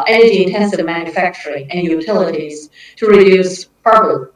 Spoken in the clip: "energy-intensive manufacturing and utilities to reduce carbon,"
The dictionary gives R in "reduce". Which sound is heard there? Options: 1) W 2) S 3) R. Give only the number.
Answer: 3